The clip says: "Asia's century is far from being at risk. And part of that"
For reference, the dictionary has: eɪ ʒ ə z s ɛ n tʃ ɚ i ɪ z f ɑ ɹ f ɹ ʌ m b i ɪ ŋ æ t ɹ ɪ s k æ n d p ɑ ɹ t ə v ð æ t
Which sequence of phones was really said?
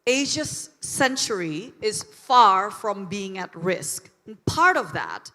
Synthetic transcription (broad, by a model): eɪ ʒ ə s ɛ n tʃ ɚ i ɪ z f ɑ ɹ f ɹ ʌ m b i ɪ ŋ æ t ɹ ɪ s k n p ɑ ɹ t ə v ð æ t